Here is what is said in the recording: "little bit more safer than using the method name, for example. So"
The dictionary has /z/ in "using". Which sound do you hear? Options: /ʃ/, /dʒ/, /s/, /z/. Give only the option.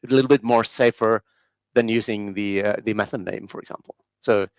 /z/